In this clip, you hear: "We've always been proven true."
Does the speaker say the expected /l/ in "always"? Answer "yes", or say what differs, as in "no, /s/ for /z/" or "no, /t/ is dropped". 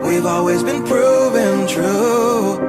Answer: yes